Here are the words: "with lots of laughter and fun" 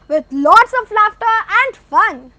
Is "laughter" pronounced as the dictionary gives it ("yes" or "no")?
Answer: yes